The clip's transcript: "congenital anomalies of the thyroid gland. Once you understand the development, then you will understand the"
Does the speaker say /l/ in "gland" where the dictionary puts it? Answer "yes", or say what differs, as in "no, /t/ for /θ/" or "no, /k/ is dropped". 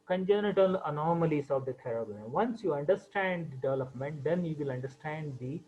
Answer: no, /l/ is dropped